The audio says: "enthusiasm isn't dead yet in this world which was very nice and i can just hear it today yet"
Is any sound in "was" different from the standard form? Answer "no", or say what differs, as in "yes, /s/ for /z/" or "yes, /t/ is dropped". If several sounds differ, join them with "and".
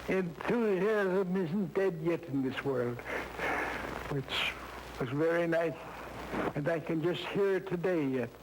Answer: no